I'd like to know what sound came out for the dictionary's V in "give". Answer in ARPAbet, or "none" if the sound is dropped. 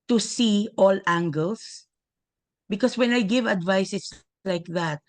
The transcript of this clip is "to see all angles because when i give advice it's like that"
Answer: V